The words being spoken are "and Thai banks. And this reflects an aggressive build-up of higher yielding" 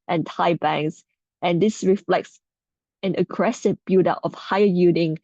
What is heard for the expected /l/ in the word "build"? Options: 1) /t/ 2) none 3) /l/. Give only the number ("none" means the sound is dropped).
2